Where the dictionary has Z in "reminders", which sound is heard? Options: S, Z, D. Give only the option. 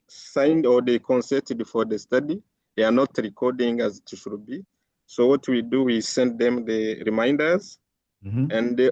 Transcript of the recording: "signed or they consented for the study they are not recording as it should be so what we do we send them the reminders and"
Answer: Z